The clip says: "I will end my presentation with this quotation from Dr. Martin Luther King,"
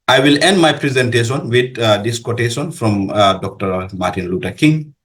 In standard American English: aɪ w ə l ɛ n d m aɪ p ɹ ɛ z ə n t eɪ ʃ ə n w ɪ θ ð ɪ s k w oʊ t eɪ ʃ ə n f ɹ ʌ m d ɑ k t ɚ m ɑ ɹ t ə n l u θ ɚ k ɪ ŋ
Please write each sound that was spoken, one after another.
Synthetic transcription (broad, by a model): aɪ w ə l ɛ n d m aɪ p ɹ ɛ z ə n t eɪ ʃ ə n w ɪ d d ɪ s k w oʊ t eɪ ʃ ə n f ɹ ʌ m d ɑ k t ɚ m ɑ ɹ t ə n l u t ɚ k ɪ ŋ